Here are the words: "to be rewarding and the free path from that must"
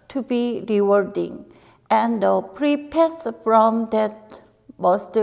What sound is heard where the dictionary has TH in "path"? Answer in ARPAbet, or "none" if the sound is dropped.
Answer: S